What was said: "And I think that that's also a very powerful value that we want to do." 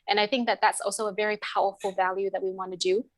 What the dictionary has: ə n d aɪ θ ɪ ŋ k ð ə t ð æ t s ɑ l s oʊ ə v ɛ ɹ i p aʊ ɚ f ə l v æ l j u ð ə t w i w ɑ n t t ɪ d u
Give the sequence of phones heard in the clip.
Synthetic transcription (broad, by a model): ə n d aɪ θ ɪ ŋ k ð ə t ð æ t s ɑ l s oʊ ə v ɛ ɹ i p aʊ ɚ f l v æ l j u ð ə t w i w ɑ n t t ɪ d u